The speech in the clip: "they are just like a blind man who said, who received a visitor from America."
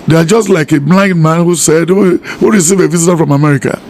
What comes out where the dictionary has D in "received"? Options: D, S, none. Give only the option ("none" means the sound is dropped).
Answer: none